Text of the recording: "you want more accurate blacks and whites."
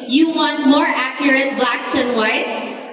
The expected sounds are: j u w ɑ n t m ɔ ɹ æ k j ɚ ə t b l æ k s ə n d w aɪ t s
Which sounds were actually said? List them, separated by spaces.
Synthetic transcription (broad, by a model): j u w ɑ n t m ɔ ɹ æ k j ɚ ə t b l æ k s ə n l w aɪ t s